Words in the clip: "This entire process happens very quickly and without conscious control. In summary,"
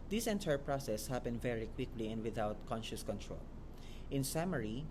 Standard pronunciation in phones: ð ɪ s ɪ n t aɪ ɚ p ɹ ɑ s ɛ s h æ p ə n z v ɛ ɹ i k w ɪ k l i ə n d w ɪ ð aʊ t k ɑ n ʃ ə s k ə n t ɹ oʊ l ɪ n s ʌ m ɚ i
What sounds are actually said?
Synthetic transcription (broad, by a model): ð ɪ s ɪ n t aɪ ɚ p ɹ ɑ s ɛ s h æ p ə n v ɛ ɹ i k w ɪ k l i ə n d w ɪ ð aʊ t k ɑ n ʃ ə s k ə n t ɹ oʊ l ɪ n s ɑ m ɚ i